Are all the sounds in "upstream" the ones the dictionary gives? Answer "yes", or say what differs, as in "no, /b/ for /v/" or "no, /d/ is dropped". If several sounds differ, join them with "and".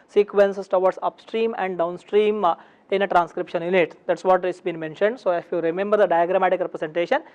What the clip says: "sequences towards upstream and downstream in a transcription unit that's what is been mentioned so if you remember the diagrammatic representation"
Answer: yes